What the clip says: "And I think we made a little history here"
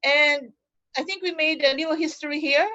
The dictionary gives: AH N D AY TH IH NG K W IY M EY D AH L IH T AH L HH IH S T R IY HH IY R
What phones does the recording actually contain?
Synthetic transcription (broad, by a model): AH N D AY TH IH NG K W IY M EY AH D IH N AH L HH IH S T R IY HH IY R